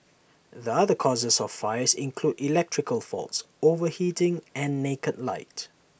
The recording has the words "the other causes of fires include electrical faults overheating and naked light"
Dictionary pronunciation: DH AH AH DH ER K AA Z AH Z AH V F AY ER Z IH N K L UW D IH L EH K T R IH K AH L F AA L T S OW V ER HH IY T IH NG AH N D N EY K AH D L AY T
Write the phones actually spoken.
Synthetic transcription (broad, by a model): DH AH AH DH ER K AA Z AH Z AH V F AY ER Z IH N K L UW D IH L EH K T R IH K AH L F AA L T S OW V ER HH IY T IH NG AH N N EY K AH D L AY T